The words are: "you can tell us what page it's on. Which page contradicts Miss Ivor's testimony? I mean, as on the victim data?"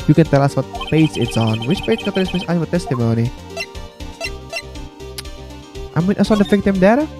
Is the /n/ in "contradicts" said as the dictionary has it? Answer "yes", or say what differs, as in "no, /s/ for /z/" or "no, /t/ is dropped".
no, /n/ is dropped